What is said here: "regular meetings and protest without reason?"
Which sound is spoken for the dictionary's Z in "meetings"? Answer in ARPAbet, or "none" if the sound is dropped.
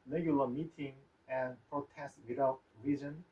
none